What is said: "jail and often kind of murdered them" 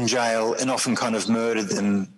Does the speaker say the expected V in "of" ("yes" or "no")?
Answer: yes